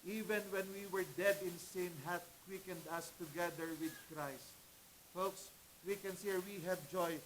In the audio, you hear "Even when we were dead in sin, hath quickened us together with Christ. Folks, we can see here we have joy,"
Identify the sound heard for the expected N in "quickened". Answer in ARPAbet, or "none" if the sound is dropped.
N